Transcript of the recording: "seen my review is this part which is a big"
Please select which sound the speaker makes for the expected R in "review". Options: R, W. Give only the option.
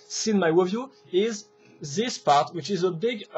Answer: W